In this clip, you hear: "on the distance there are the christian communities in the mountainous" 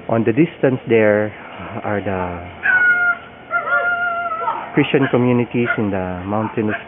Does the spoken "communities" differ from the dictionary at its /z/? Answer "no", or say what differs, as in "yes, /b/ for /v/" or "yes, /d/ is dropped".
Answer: yes, /s/ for /z/